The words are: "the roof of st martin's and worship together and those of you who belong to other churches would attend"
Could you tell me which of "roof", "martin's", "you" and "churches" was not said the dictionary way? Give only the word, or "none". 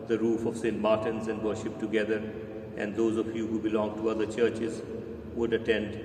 none